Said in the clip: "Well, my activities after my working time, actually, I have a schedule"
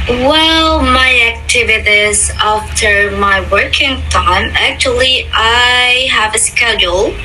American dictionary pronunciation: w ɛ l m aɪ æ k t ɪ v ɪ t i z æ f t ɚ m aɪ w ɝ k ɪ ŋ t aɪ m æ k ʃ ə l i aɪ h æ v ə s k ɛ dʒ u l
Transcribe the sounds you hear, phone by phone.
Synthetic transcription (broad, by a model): w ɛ l m aɪ æ k t ɪ v ɪ t i z æ f t ɚ m aɪ w ɝ k ɪ ŋ t aɪ m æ k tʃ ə l i aɪ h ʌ v ə s k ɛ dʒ l